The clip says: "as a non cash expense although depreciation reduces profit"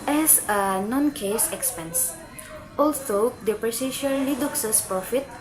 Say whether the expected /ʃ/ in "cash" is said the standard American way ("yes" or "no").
no